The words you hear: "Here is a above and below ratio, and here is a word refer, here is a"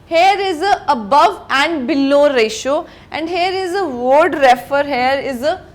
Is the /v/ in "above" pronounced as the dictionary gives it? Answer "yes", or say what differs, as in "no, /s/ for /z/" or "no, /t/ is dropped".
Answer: yes